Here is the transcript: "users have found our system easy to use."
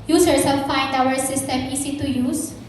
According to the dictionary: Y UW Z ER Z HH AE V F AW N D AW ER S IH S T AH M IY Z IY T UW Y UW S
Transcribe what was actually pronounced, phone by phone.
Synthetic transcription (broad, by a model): Y UW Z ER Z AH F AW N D AW ER S IH S T AH M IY S IY T UW Y UW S